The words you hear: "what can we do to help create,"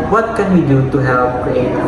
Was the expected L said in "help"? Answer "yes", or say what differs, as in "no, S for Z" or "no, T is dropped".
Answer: no, L is dropped